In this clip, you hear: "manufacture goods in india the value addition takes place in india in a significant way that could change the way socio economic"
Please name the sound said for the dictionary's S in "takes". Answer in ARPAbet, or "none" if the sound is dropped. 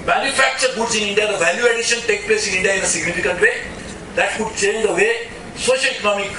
none